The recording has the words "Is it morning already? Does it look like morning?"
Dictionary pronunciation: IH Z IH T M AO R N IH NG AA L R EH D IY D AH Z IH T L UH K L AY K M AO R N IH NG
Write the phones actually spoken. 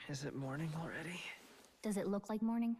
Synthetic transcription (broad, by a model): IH Z IH T M AO R N IH NG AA L R EH D IY D AH Z IH T L UH K L AY K M AO R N IH NG